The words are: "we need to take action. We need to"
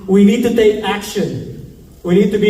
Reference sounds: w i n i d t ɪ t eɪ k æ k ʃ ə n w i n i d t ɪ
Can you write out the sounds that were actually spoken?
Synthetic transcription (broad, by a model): w i n i d t ɪ t eɪ k æ k ʃ ə n w i n i d t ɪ